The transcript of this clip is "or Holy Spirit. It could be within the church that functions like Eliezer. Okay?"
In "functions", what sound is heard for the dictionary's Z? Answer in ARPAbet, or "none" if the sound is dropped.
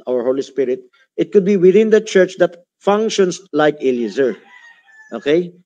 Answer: S